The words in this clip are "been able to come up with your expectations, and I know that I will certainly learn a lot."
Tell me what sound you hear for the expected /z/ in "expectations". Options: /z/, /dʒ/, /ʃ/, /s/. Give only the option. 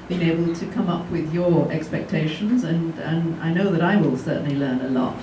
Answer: /z/